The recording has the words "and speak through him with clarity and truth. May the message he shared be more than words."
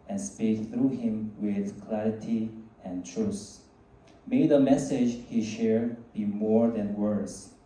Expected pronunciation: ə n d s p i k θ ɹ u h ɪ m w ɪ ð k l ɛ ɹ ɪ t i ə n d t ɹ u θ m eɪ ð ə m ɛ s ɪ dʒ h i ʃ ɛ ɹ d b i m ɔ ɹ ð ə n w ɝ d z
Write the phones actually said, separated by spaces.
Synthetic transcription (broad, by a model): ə n s p i k θ ɹ u h ɪ m w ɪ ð k l ɛ ɹ ɪ t i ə n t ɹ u s m eɪ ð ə m ɛ s ɪ dʒ h i ʃ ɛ ɹ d b i m ɔ ɹ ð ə n w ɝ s